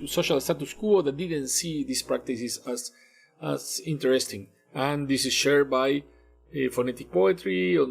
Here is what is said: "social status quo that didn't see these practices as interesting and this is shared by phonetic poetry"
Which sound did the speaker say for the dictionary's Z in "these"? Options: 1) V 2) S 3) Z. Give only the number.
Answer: 2